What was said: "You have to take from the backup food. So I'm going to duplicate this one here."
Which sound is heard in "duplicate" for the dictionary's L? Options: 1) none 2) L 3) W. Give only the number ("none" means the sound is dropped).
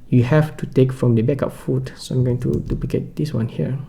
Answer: 1